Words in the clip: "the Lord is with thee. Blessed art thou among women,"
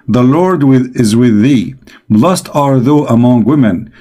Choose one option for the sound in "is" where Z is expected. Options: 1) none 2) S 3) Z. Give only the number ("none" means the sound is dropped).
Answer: 3